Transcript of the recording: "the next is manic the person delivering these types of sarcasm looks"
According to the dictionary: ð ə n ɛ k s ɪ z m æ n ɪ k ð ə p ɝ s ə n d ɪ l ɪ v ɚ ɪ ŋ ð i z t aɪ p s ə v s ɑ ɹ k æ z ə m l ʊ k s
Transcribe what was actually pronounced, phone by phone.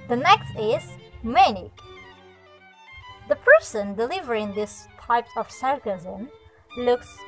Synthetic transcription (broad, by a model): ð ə n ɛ k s ɪ z m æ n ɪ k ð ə p ɝ s ə n d ɪ l ɪ v ɚ ɪ ŋ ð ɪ s t aɪ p ə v s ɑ ɹ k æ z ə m l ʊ k s